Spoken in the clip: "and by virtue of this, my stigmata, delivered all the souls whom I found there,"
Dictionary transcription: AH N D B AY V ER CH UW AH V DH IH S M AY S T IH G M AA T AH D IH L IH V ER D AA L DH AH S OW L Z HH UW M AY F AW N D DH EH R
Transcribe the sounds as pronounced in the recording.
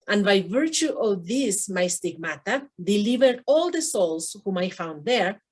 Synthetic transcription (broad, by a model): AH N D B AY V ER CH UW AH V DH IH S M AY S T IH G M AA T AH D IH L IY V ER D AA L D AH S OW L S HH UW M AY F AW N D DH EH R